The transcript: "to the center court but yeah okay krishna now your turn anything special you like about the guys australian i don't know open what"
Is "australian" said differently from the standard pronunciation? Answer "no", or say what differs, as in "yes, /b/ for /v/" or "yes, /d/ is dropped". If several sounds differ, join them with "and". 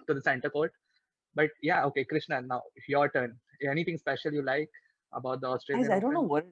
yes, /n/ is dropped